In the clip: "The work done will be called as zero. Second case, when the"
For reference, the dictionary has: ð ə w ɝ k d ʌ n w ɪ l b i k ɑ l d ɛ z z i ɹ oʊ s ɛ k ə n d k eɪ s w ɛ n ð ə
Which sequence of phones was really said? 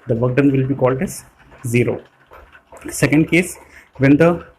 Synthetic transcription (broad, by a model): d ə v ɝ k d ʌ n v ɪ l b i k ɑ l d ɛ z z i ɹ oʊ s ɛ k ə n d k eɪ s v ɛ n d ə